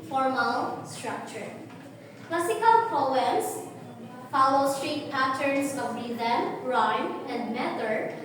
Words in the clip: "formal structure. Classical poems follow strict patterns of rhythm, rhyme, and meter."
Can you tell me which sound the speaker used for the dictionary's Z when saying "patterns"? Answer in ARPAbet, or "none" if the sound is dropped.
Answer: S